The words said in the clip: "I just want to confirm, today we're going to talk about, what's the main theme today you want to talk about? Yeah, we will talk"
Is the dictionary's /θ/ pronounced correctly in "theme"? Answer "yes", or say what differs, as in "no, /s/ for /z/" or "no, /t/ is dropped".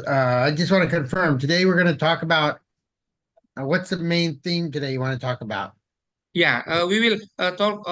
yes